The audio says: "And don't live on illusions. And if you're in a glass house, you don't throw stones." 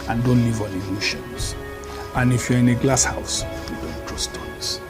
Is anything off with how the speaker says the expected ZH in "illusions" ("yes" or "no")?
yes